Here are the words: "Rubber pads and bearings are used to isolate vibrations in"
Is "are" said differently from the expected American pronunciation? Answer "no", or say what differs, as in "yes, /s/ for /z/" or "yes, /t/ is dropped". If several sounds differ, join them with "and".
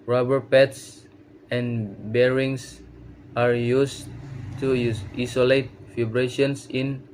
no